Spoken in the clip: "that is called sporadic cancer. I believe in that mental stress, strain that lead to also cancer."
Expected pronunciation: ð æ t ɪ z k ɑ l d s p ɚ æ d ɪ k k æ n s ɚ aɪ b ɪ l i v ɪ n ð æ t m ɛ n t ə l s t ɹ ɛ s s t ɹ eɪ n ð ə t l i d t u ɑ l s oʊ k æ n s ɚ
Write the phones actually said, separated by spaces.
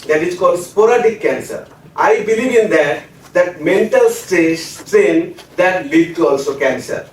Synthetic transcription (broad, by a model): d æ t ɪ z k ɑ l d s p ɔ d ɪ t k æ n s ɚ aɪ b ɪ l i v ɪ n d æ t m ɛ n t ə l s t ɛ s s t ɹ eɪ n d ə t l i d t u ɑ l s oʊ k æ n s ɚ